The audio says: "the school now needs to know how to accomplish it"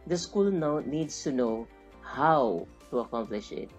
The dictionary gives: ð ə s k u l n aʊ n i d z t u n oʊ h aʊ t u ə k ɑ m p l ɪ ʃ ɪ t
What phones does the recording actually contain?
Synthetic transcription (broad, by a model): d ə s k u l n aʊ n i d s t u n oʊ h aʊ t u ə k ɑ m p l ɪ ʃ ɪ t